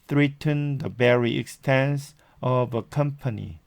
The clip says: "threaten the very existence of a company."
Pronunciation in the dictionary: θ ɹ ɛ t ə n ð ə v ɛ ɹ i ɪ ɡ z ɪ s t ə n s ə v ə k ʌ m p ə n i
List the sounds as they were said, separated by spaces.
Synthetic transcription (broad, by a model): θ ɹ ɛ t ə n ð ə b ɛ ɹ i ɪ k s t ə n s ə v ə k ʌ m p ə n i